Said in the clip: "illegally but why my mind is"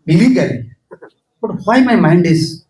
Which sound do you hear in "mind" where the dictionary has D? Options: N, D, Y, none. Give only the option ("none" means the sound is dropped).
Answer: D